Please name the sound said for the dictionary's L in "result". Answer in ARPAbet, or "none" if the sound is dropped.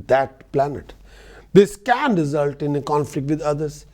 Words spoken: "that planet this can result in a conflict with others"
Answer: L